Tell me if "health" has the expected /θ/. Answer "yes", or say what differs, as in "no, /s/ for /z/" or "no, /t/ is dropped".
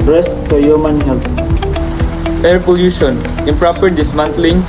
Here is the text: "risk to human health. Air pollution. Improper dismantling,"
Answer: no, /t/ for /θ/